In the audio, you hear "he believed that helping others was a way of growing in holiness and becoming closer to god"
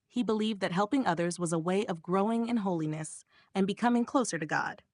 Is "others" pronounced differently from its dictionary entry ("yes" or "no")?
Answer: no